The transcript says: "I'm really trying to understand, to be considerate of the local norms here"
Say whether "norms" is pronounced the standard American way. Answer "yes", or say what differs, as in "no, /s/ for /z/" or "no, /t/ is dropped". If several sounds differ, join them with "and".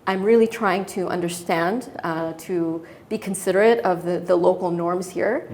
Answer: yes